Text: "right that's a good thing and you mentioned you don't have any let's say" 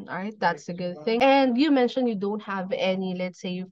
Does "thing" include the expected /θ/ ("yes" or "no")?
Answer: yes